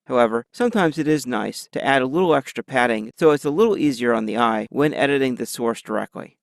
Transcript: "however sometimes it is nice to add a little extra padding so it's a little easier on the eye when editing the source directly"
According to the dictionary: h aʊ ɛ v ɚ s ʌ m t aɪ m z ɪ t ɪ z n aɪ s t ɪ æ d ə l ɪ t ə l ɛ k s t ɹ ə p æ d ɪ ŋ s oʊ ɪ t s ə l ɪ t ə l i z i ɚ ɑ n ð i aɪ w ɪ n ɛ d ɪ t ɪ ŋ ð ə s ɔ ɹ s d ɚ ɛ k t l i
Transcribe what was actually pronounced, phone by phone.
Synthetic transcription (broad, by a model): h aʊ ɛ v ɚ s ʌ m t aɪ m z ɪ t ɪ z n aɪ s t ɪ æ d ə l ɪ t l ɛ k s t ɹ ə p æ d ɪ ŋ s oʊ ɪ t s ə l ɪ t l i z i ɚ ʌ n ð i aɪ w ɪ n ɛ d ɪ t ɪ ŋ ð ə s ɔ ɹ s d ɚ ɛ k t l i